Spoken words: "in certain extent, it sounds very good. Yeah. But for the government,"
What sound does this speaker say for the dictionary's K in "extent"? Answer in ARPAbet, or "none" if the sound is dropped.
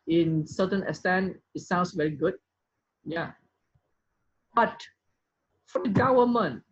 none